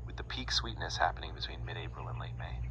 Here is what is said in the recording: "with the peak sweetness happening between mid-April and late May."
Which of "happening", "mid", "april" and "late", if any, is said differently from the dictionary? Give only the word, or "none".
april